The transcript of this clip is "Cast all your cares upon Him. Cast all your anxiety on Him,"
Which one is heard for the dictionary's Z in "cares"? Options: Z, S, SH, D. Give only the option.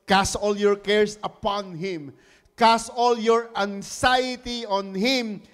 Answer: S